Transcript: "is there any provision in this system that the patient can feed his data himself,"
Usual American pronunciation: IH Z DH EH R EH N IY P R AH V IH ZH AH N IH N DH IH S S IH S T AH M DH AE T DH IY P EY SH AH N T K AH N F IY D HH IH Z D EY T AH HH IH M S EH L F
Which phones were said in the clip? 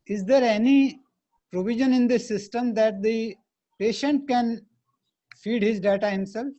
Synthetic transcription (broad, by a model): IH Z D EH R EH N IY P R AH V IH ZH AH N IH N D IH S S IH S T AH M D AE T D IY P EY SH AH N T K AH N F IY D HH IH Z D EY T AH HH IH M S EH L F